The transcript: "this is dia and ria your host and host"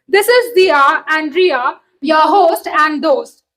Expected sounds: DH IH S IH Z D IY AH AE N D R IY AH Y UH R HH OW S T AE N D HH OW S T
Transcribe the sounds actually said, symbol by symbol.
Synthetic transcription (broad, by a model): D IH S IH Z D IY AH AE N D R IY AH Y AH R HH OW S T AE N D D OW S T